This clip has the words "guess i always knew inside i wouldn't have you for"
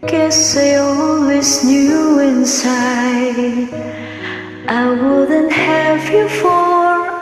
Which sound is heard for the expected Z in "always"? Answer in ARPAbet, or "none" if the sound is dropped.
S